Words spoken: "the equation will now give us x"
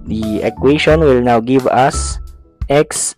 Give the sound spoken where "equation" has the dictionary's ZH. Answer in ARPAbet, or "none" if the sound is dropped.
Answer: SH